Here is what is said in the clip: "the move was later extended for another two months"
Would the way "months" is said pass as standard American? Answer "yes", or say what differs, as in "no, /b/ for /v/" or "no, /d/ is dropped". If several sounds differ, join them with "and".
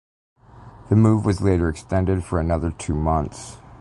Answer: yes